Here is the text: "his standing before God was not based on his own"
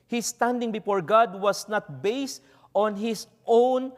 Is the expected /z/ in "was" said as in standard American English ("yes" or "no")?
no